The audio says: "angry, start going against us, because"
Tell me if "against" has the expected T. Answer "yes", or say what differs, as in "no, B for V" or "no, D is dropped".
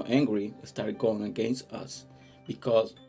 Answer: yes